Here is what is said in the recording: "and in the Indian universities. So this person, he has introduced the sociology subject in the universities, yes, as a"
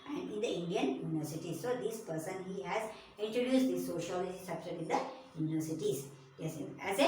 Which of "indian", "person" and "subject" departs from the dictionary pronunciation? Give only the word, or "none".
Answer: subject